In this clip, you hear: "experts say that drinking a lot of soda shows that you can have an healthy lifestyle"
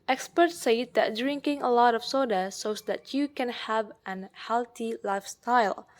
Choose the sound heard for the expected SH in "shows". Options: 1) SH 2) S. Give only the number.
2